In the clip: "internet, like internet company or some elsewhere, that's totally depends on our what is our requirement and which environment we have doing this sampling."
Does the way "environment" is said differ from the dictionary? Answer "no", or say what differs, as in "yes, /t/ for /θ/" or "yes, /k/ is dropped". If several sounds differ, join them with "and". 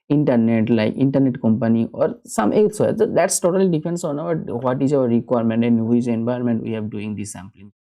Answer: yes, /ɹ/ is dropped